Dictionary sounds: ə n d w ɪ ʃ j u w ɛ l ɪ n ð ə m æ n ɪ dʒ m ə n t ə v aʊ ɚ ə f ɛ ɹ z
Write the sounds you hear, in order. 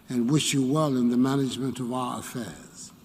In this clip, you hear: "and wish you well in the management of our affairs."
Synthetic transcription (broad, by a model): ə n w ɪ ʃ j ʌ w ɛ l ɪ n ð ə m æ n ɪ dʒ m ə n t ə v aʊ ɚ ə f ɛ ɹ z